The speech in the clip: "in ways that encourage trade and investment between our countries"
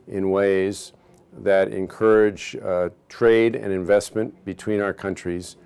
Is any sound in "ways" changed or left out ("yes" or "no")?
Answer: no